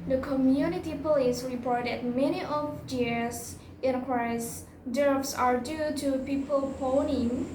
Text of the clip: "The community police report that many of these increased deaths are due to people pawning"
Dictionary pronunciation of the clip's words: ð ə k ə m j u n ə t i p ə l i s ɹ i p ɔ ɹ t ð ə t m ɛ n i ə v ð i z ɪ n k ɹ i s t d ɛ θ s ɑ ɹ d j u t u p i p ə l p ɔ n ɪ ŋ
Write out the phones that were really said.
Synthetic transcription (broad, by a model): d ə k ə m j u n ə t i p ə l i s ɹ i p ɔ ɹ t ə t m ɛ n i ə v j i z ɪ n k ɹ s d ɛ f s ɑ ɹ d j u t u p i p ə l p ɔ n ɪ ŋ